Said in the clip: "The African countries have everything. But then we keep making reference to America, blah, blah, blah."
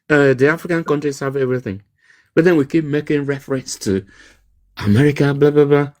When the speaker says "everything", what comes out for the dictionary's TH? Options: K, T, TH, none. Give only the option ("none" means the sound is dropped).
TH